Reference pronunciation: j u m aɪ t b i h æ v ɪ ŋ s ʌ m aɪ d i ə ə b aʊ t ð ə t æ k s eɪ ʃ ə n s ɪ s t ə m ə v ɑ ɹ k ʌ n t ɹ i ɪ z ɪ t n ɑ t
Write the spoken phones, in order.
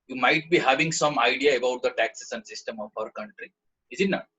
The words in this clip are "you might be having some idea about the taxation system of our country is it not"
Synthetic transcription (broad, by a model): j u m aɪ t b i h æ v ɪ ŋ s ʌ m aɪ d i ə ə b aʊ t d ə t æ k s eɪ s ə n s ɪ s t ə m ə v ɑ ɹ k ʌ n t ɹ i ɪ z ɪ t n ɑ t